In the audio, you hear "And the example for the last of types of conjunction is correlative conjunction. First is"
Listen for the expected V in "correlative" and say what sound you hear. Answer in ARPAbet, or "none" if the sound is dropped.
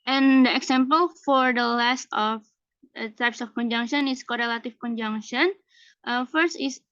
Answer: F